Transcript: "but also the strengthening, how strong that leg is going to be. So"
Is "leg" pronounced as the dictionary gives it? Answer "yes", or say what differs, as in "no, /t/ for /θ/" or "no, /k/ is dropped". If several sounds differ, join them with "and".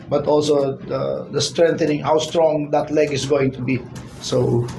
yes